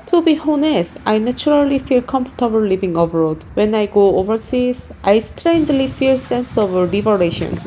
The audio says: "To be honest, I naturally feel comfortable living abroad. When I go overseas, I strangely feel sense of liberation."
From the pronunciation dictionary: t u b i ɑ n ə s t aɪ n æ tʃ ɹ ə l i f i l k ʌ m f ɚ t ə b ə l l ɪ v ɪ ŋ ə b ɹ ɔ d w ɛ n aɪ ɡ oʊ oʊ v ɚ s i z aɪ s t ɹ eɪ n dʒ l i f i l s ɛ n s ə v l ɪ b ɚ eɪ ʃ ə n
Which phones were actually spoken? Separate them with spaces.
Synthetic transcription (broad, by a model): t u b i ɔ n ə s aɪ n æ tʃ ɹ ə l i f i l k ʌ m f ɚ t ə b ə l l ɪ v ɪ ŋ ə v ɹ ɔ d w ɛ n aɪ ɡ oʊ oʊ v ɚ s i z aɪ s t ɹ eɪ n dʒ l i f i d s ɛ n s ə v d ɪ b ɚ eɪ ʃ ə n